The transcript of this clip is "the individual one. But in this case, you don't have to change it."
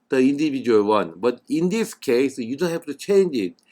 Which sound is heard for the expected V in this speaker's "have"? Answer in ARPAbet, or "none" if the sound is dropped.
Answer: F